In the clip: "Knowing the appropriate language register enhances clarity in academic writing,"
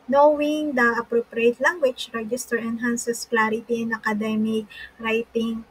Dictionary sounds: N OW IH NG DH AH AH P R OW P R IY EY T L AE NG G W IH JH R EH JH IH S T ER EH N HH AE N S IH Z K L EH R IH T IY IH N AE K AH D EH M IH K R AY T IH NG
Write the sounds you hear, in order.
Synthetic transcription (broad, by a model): N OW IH NG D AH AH P R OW P R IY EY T L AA NG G W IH CH R EH JH IH S T ER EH N HH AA N S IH S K L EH R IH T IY IH N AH K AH D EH M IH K R AY T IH NG